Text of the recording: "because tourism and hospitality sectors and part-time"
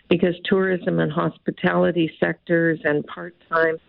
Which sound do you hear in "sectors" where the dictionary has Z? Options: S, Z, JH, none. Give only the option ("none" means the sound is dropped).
Z